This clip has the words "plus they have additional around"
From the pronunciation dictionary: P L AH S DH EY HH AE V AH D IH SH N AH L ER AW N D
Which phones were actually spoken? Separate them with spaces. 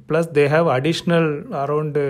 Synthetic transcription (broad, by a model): P L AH S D EY HH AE V AH D IH SH N AH L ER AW N D